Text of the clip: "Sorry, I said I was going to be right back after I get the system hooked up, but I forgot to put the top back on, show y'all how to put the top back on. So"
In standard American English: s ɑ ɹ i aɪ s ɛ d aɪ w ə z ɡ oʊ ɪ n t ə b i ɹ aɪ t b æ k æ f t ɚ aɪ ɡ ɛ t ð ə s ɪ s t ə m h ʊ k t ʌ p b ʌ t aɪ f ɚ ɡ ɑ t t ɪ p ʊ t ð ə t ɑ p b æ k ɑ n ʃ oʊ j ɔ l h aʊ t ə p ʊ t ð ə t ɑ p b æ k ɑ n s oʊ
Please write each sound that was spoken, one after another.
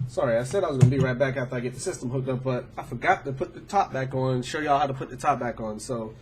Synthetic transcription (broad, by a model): s ɑ ɹ i aɪ s ɛ d aɪ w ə z ɡ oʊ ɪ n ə b i ɹ aɪ t b æ k æ f t ɚ aɪ ɡ ɛ t ð ə s ɪ s t ə m h ʊ k t ʌ p b ʌ t aɪ f ɚ ɡ ɑ t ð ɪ p ʊ t ð ə t ɑ p b æ k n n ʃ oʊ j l h aʊ t ə p ʊ t ð ə t ɑ p b æ k n s oʊ